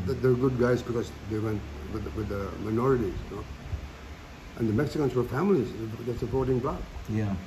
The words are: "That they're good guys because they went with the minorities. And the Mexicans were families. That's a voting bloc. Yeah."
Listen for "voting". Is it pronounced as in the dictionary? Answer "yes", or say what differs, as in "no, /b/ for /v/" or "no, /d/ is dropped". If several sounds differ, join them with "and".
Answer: no, /p/ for /v/